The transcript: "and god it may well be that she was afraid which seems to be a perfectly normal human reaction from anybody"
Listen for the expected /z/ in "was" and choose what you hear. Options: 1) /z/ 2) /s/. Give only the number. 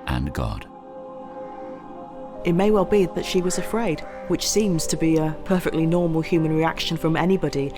1